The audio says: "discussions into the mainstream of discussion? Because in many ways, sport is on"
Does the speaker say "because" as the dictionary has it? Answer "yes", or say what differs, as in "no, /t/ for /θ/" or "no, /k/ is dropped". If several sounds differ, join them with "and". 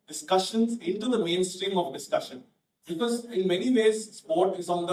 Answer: yes